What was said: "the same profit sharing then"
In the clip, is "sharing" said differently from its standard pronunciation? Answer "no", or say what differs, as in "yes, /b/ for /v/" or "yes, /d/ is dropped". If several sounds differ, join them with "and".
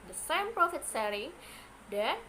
yes, /s/ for /ʃ/